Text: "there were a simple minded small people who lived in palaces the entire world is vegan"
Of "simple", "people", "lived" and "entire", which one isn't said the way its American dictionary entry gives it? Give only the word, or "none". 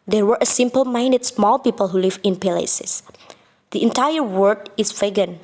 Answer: lived